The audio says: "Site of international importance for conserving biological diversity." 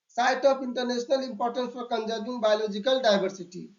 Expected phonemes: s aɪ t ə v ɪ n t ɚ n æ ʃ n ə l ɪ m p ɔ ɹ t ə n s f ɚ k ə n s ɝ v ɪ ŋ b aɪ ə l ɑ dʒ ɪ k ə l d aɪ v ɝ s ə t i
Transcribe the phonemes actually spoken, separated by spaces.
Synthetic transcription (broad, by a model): s aɪ t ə p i n t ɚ n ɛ s n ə l ɪ m p ɔ ɹ t ə n s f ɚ k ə n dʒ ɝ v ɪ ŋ b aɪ l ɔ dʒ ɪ k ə l d aɪ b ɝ s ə t i